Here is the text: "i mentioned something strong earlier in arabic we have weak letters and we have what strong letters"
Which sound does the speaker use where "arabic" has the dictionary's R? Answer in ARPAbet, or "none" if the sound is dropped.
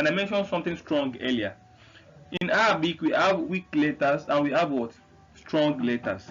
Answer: none